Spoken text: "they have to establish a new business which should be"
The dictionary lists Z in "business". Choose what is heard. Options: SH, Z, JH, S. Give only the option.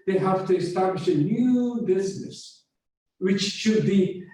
Z